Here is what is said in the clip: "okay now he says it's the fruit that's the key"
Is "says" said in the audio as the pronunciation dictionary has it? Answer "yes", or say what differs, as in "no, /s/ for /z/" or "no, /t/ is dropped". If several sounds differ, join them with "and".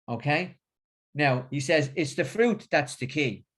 yes